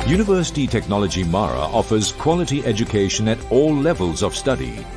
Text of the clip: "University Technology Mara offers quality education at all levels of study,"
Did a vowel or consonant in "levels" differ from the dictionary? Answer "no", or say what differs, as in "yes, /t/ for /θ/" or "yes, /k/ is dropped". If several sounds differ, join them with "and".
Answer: no